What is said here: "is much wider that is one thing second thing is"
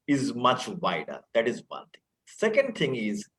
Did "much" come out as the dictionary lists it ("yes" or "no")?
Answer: yes